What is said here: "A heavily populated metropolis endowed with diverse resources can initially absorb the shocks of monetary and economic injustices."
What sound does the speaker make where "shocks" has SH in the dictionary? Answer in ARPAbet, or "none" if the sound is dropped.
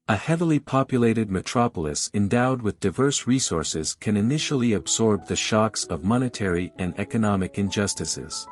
SH